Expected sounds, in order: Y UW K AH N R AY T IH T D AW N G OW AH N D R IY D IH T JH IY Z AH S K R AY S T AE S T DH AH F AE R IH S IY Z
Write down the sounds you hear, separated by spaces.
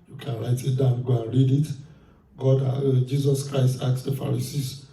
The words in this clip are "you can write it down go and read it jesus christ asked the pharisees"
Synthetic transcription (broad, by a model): Y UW K AH N R AY T IH T D AW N G OW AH N R IY D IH T JH IY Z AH S K R AY S T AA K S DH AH F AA R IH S IY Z